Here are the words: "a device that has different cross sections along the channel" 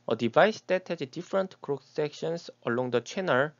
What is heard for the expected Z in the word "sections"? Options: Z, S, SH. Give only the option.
S